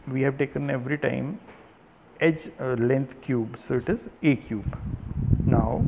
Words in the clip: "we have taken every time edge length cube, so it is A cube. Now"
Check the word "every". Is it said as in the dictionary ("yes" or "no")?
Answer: yes